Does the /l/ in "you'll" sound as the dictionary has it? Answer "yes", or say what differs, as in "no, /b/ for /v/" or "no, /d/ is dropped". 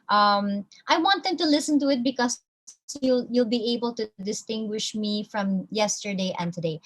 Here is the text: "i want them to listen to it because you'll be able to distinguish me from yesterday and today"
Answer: yes